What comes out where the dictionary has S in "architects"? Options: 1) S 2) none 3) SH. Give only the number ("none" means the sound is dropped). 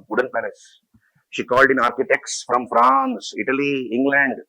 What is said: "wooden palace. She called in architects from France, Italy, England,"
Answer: 1